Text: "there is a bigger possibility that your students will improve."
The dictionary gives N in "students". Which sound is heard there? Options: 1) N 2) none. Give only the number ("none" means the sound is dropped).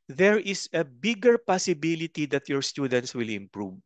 1